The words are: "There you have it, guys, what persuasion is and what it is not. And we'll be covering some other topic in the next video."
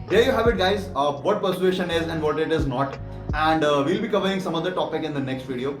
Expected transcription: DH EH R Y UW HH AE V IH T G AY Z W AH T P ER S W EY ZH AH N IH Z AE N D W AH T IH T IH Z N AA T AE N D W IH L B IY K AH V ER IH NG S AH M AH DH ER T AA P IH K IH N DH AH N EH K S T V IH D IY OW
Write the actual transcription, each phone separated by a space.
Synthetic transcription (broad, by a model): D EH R Y UW HH AE V IH T G AY Z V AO T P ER S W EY SH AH N IH Z AE N D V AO T IH T IH Z N AA T AE N D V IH L B IY K AH V ER IH NG S AH M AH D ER T AA P IH K IH N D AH N EH K S T V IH D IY OW